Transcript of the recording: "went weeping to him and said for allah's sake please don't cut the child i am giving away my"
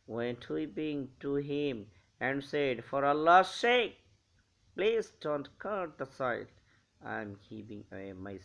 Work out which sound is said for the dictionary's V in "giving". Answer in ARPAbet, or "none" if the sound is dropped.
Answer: P